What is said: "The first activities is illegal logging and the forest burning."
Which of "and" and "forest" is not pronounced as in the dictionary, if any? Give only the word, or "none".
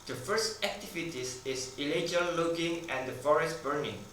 none